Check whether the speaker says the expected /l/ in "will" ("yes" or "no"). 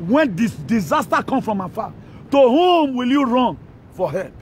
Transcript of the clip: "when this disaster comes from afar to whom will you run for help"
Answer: yes